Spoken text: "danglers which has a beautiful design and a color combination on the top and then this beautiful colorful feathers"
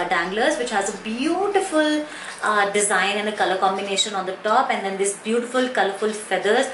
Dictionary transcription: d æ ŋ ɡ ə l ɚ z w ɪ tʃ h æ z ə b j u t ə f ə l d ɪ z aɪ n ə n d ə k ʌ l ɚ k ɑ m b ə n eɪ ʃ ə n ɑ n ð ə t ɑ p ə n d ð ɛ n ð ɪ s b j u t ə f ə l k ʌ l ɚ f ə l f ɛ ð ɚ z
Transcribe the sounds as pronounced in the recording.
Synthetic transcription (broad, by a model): d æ ŋ ɡ l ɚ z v ɪ tʃ h æ z ə b j u t ə f ə l d ɪ z aɪ n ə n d ə k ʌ l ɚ k ɑ m b ə n eɪ ʃ ə n ɑ n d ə t ɑ p ə n d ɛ n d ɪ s b j u t ə f ə l k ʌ l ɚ f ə l f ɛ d ɚ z